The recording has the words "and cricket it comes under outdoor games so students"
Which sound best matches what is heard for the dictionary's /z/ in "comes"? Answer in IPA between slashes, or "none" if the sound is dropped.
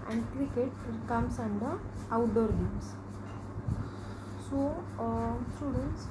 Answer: /s/